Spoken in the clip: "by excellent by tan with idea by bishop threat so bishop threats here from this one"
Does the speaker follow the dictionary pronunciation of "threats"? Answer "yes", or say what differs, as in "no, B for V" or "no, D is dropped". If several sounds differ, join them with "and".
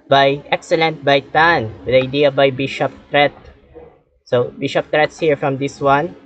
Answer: no, T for TH